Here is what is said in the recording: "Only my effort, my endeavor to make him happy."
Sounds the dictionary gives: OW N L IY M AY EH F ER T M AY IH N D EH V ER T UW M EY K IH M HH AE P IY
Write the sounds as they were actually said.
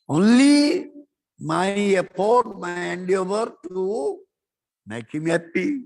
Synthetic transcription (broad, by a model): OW N L IY M AY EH P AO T M AY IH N D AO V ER T UW M EY K IH M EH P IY